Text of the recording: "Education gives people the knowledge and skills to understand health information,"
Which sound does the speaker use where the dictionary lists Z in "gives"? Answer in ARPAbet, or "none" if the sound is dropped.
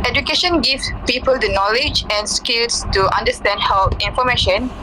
none